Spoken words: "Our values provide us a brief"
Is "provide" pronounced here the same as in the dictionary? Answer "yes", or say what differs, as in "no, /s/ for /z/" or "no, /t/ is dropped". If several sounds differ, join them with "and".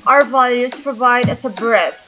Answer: yes